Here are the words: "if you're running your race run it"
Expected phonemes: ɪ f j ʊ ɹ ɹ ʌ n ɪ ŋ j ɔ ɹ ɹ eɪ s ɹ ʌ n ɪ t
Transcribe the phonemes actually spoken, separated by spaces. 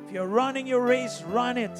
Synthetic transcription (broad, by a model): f j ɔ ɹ ɹ ʌ n ɪ ŋ j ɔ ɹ ɹ eɪ s ɹ ʌ n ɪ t